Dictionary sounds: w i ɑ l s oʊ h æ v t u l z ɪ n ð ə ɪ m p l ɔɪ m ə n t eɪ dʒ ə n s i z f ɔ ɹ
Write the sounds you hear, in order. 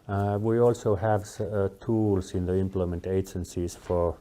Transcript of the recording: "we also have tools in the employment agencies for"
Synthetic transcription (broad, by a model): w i ɑ l s oʊ h æ v t u l s ɪ n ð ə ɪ m p l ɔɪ m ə n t eɪ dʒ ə n s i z f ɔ ɹ